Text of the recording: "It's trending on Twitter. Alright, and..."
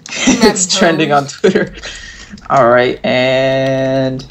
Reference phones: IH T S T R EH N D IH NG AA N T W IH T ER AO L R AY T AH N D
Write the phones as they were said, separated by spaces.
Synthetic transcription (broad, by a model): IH T S T R EH N D IH NG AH N T W IH T ER AO L R AY T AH N